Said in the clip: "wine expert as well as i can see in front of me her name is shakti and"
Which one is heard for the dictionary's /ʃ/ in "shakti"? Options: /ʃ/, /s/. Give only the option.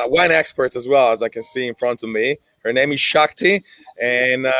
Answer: /ʃ/